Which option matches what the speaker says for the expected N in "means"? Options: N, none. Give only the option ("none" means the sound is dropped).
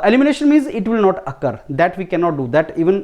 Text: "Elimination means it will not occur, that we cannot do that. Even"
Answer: N